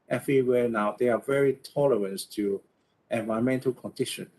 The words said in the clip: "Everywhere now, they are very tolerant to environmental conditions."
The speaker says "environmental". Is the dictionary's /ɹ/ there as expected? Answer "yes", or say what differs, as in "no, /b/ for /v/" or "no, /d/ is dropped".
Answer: no, /ɹ/ is dropped